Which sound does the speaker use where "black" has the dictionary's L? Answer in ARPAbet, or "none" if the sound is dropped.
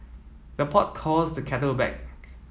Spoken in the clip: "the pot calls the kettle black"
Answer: none